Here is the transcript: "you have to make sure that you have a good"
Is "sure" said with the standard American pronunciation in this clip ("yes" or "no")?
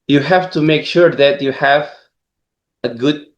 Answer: yes